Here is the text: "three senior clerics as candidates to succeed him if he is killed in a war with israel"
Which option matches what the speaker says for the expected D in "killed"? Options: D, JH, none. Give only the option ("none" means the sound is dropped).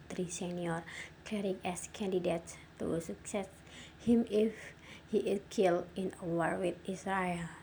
none